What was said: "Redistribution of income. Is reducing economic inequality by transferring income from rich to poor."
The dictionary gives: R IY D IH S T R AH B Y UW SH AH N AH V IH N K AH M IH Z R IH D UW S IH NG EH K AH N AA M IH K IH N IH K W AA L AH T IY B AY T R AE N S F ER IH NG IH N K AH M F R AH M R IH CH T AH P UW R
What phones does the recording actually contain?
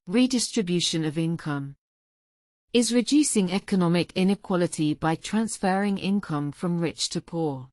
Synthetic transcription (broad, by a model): R IY D IH S T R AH B Y UW SH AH N AH V IH N K AH M IH Z R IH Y UW S IH NG EH K AH N AA M IH K IH N IH K W AA L AH T IY B AY T R AE N S F ER IH NG IH N K AH M F R AH M R IH CH T AH P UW